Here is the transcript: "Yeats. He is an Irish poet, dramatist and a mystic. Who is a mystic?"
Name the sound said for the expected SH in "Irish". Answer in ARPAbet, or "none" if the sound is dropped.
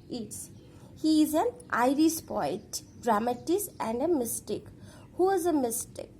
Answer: S